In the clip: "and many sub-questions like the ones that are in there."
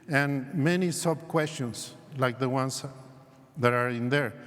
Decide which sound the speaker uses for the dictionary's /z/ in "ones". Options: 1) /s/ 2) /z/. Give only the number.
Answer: 1